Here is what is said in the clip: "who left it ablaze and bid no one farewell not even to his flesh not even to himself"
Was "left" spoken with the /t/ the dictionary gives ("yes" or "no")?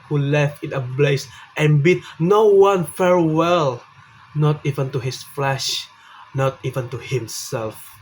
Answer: yes